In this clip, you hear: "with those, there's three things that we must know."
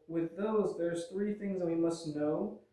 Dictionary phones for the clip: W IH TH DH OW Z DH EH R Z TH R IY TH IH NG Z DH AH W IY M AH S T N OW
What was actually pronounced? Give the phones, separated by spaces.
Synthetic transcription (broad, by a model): W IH DH OW Z DH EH R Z TH R IY TH IH NG Z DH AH W IY M AH S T N OW